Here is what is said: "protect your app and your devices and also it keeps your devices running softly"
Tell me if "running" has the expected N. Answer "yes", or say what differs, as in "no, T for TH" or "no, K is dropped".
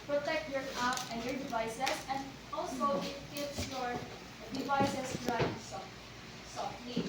no, N is dropped